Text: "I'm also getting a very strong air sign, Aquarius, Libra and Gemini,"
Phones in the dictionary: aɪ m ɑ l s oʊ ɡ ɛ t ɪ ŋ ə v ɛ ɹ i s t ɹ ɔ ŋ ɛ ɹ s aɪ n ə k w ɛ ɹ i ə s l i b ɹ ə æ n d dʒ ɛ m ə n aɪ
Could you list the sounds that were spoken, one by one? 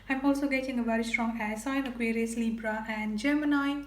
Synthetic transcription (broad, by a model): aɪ m ɑ l s oʊ ɡ ɛ t ɪ ŋ ə v ɛ ɹ i s t ɹ ɔ ŋ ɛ s aɪ n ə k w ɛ ɹ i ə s l i b ɹ ə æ n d dʒ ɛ m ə n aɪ